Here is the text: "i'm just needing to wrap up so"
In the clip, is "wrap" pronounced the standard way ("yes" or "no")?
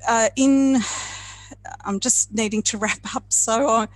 yes